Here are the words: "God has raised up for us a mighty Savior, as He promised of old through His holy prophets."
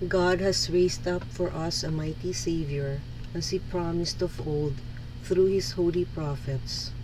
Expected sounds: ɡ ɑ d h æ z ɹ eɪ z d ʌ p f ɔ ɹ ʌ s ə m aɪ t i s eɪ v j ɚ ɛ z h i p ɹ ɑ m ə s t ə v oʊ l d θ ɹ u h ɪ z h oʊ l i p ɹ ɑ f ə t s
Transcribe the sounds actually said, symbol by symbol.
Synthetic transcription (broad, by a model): ɡ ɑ d h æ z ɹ eɪ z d ʌ p f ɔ ɹ ʌ s ə m aɪ t i s eɪ v j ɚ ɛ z h i p ɹ ɑ m ə s t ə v oʊ l d θ ɹ u h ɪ s h oʊ l i p ɹ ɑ f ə t s